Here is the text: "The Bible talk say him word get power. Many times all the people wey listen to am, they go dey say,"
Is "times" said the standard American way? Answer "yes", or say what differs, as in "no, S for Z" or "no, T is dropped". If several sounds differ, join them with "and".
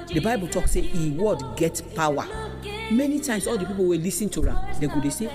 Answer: no, S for Z